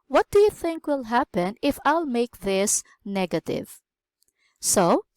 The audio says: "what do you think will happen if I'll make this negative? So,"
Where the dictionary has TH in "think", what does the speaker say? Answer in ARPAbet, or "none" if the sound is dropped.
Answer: TH